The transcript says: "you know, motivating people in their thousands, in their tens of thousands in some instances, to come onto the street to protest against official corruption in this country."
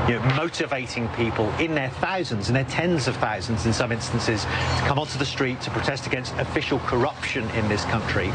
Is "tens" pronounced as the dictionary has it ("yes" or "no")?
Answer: yes